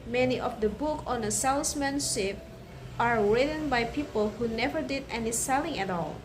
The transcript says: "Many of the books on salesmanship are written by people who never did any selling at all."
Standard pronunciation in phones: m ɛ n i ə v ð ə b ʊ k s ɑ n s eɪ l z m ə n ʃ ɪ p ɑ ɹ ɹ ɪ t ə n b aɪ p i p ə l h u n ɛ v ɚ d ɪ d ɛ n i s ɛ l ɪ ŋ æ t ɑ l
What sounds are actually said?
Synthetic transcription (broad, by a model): m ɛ n i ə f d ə b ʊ k ɑ n s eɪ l s m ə n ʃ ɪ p ɑ ɹ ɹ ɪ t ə n b aɪ p i p ə l h u n ɛ v ɚ d ɪ d ɛ n i s ɛ l ɪ ŋ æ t ɑ l